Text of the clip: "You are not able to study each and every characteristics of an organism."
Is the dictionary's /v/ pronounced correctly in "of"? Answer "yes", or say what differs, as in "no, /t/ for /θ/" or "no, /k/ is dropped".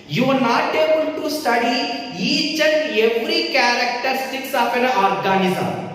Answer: no, /p/ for /v/